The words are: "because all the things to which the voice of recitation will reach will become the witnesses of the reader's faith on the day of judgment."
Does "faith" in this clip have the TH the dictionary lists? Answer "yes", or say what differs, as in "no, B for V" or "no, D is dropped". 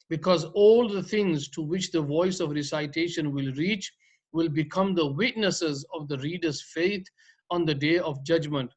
no, T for TH